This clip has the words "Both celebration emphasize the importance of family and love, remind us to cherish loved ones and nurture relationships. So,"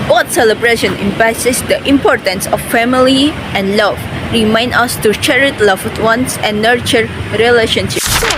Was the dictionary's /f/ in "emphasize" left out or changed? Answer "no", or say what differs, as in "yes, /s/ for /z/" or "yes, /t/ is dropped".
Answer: yes, /p/ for /f/